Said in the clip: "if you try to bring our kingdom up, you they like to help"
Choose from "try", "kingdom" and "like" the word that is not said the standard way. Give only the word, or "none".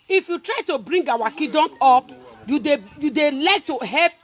kingdom